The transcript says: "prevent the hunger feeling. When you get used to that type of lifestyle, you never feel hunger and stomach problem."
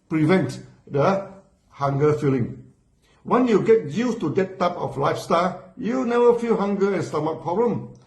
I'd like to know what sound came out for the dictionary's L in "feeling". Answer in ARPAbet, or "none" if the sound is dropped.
L